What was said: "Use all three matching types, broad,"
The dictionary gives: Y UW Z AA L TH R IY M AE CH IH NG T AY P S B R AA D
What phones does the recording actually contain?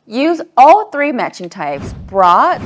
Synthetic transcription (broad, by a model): Y UW Z AA L TH R IY M AE CH IH NG T AY P S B R AA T